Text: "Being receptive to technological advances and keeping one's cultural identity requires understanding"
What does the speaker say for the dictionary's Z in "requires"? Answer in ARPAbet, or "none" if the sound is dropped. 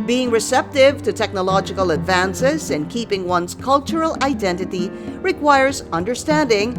Z